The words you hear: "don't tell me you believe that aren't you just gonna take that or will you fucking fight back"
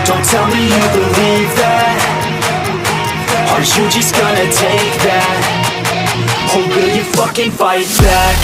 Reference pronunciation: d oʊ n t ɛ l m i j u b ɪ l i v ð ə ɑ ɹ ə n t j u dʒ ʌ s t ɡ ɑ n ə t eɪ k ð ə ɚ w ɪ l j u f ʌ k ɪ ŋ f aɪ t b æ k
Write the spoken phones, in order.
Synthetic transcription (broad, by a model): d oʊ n t ɛ l m i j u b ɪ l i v ð ə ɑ ə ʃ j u dʒ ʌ s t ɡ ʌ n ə t eɪ k ð ə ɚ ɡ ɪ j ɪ f ʌ k ɪ ŋ f aɪ t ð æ